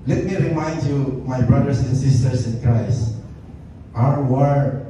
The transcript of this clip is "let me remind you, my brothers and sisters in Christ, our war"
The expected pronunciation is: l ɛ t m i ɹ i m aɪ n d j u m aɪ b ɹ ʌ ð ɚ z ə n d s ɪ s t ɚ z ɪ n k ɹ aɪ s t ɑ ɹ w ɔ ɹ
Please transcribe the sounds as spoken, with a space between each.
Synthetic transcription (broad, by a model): l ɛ t m i ɹ i m aɪ n d j u m aɪ b ɹ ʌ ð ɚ s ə n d s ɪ s t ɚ s ɪ n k ɹ aɪ s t ɑ ɹ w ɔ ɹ